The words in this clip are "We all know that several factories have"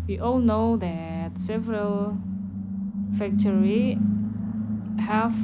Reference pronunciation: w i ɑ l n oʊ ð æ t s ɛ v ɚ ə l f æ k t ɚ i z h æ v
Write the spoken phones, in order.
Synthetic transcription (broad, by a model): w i ɑ l n oʊ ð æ t s ɛ v ɚ ə l f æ k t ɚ i h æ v